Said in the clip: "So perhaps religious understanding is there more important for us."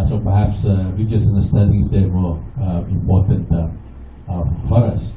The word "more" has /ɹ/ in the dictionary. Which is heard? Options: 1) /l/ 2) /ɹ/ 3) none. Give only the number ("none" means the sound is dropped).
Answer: 1